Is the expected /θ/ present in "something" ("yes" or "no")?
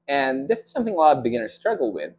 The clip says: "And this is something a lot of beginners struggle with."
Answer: yes